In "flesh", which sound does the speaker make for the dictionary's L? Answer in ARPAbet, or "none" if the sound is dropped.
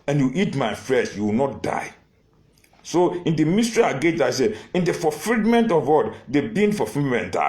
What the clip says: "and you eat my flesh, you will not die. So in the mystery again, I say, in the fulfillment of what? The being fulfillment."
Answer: none